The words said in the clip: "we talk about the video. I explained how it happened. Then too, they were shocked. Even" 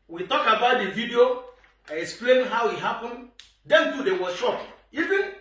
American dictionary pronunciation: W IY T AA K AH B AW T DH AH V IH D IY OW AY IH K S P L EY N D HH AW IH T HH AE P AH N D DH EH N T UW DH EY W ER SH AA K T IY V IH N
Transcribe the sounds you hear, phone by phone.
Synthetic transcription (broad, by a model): W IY T AA K AH B AW T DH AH V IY D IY OW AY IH K S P L EY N HH AW IH T HH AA P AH N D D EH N T UW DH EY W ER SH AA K IY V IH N